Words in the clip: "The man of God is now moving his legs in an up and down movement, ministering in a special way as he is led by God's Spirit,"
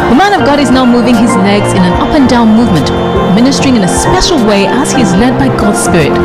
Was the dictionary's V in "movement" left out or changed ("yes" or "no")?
no